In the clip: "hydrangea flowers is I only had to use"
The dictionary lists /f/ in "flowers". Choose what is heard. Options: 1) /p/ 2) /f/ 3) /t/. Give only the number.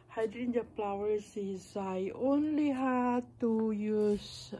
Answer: 1